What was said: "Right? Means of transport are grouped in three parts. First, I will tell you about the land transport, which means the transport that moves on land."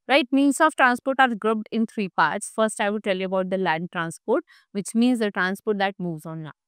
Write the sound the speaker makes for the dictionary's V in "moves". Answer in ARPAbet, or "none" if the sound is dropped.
V